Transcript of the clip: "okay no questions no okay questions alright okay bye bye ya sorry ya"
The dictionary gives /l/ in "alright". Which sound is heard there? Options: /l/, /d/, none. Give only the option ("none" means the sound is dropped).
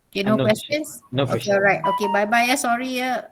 none